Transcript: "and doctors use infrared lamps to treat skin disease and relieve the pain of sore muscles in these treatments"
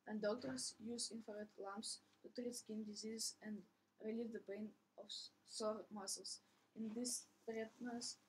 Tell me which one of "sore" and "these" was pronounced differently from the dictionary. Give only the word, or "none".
these